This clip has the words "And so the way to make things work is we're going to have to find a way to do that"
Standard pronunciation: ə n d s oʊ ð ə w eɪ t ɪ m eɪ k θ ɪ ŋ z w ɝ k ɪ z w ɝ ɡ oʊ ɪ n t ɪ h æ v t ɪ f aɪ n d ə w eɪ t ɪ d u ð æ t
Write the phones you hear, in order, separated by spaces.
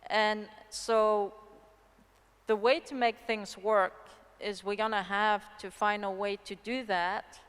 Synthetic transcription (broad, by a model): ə n s oʊ ð ə w eɪ t ɪ m eɪ k θ ɪ ŋ z w ɝ k ɪ z w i ɡ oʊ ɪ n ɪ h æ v t ɪ f aɪ n d ə w eɪ t ɪ d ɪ ð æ t